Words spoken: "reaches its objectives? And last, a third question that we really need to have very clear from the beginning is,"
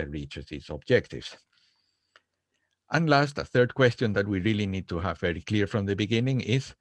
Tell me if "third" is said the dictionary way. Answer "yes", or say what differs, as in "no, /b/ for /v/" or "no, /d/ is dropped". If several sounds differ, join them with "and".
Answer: yes